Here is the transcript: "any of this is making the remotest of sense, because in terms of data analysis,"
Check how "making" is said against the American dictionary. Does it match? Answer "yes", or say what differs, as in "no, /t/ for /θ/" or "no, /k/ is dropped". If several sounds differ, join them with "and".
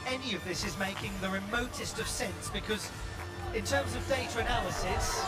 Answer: yes